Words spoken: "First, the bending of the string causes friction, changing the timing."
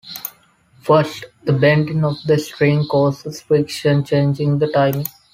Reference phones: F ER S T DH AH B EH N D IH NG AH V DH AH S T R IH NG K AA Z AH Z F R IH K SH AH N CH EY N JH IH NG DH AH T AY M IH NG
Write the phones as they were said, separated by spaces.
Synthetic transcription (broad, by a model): F ER S T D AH B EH N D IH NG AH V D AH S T R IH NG K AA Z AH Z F IH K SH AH N CH EY N JH IH NG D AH T AY M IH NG